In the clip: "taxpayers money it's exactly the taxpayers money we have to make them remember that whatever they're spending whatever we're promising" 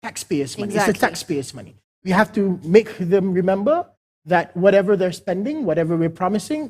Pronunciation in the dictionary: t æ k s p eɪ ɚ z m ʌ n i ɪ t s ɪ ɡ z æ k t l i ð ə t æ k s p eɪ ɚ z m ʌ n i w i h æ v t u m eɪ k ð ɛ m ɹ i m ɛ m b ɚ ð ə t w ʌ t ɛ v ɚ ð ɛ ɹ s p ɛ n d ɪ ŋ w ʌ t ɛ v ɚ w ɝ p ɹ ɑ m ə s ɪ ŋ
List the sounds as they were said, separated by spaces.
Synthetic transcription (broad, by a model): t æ k s p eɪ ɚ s m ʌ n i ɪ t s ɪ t i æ k s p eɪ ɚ s m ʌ n i w i h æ f t u m eɪ k ð ɛ m ɹ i m ɛ m b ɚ ð ə t w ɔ t ɛ v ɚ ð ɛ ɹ s p ɛ n d ɪ ŋ w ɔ t ɛ v ɚ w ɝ p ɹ ɑ m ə s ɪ ŋ